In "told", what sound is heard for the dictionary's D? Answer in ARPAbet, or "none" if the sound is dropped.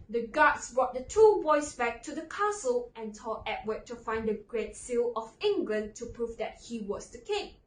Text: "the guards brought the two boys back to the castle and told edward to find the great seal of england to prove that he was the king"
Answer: none